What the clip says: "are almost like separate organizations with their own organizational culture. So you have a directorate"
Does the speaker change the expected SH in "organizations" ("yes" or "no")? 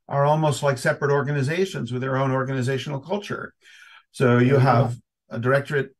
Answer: no